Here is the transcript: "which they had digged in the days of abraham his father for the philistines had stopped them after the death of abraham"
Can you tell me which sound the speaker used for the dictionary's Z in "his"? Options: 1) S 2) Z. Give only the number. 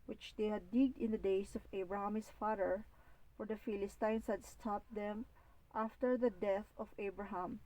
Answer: 1